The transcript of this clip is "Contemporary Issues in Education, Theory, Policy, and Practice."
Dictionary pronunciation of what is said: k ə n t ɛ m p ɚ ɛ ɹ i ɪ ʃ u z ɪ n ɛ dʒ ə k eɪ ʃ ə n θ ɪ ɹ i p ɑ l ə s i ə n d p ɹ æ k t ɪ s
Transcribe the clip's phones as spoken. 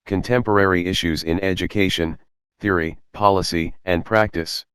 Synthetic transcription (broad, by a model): k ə n t ɛ m p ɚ ɛ ɹ i ɪ ʃ u z ɪ n ɛ dʒ ə k eɪ ʃ ə n θ ɪ ɹ i p ɑ l ə s i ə n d p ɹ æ k t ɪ s